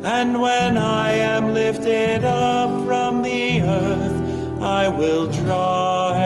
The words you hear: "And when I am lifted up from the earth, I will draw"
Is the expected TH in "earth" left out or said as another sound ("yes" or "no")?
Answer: no